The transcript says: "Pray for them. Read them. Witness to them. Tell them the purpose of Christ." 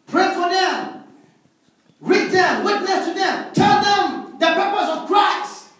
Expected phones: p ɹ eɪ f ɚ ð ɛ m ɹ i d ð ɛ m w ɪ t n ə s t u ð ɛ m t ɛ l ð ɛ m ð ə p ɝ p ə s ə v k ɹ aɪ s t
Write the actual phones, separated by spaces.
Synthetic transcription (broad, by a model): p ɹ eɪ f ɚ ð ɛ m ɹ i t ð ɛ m w ɪ t n ə s t u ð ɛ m t ɛ l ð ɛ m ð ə p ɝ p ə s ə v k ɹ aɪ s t